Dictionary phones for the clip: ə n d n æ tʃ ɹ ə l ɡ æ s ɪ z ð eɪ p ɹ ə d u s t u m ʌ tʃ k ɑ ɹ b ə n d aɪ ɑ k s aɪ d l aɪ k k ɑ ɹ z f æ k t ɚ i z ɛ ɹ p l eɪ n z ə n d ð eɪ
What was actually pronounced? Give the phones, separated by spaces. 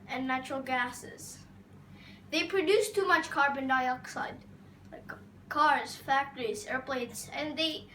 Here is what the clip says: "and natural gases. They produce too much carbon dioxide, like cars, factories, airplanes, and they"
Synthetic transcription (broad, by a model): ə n n æ tʃ ɹ ə l ɡ æ s ɪ z ð eɪ p ɹ ə d u s t u m ʌ tʃ k ɑ ɹ b ə n d aɪ ɑ k s aɪ d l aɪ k k ɑ ɹ z f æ k t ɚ i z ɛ ɹ p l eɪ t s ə n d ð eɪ